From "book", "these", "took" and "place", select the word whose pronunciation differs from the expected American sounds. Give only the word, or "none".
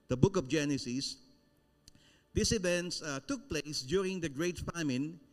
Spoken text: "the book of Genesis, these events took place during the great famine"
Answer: these